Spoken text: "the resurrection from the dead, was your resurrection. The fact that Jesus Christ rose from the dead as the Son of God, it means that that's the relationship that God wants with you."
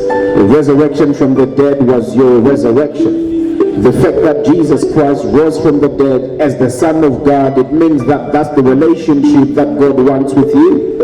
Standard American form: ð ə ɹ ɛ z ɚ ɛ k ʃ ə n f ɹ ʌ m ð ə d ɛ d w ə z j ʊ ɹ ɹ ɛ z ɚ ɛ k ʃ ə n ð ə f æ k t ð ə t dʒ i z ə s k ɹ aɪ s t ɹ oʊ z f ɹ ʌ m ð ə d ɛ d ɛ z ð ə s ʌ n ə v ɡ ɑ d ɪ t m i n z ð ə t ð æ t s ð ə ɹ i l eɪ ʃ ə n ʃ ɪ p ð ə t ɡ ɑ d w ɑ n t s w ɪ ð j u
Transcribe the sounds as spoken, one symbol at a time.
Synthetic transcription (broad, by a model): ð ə ɹ ɛ z ɚ ɛ k ʃ ə n f ɹ ʌ m ð ə d ɛ d w ə z j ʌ ɹ ɹ ɛ z ɚ ɛ k ʃ ə n ð ə f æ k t ð ə t dʒ i z ə s k ɹ aɪ s t w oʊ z f ɹ ʌ m ð ə d ɛ d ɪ z ð ə s ʌ n ə v ɡ ɑ d ɪ t m i n z ð ə t ð æ t s ð ə ɹ i l eɪ ʃ ə n ʃ ɪ p ð ə t ɡ ɑ d w ɑ n t s w ɪ ð j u